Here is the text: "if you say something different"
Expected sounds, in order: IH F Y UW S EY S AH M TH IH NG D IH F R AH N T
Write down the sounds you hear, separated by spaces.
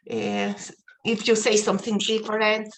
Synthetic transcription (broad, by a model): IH F Y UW S EY S AH M TH IH NG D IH F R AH N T